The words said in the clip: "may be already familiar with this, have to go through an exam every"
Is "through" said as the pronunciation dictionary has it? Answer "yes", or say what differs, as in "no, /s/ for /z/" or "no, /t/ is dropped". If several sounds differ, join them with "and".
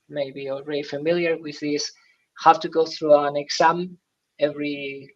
yes